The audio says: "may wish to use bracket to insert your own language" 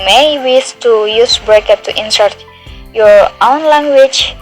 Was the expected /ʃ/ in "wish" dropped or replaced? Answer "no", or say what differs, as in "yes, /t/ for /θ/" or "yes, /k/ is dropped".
yes, /s/ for /ʃ/